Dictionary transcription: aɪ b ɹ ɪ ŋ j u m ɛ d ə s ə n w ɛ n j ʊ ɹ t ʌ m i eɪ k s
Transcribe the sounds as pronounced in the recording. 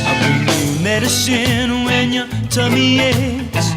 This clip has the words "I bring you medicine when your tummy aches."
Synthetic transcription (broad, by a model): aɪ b ɪ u m ɛ d ə s ə n w ɛ n j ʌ t ʌ m i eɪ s